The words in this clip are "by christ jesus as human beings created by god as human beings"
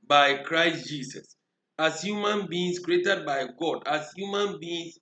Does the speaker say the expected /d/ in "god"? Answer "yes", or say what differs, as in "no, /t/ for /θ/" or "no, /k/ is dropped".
yes